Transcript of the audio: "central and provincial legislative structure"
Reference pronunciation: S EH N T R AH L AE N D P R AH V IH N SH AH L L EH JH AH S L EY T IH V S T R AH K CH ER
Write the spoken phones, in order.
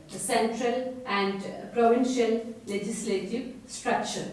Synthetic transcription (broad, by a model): S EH N T R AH L AE N D P R AH V IH N SH AH L L EH JH AH S L EY T IH V S T R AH K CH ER